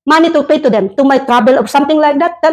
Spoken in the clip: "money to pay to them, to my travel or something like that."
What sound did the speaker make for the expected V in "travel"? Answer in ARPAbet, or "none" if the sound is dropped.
B